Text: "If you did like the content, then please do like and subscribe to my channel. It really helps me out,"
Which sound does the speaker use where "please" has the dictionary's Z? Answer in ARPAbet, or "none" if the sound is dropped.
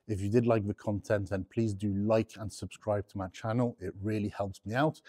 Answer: Z